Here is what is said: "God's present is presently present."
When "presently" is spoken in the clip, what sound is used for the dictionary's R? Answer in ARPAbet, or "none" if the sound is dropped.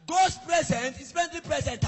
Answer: none